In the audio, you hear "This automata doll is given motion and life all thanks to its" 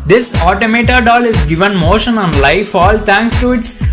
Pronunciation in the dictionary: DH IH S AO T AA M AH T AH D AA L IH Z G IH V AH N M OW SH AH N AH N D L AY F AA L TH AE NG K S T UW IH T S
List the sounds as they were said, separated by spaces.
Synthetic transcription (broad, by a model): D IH S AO T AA M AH T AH D AA L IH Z G IH V AH N M OW SH AH N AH N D L AY F AA L T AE NG K S T UW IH T S